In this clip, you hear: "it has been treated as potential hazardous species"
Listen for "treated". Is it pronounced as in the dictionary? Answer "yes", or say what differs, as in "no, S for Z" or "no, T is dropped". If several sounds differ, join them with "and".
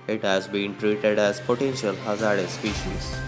yes